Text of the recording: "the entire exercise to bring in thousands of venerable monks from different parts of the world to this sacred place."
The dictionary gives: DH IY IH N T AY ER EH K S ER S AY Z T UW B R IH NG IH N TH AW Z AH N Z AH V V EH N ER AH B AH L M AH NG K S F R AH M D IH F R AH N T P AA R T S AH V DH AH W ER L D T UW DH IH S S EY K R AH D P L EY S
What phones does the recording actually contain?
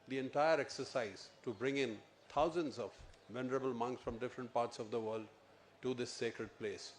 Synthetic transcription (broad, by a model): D IY IH N T AY ER EH K S ER S AY Z T UW B R IH NG IH N T AW Z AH N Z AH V V EH N ER AH B AH L M AH NG K S F R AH M D IH F R AH N T P AA R T S AH V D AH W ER L D T UW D IH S S EY K R AH D P L EY S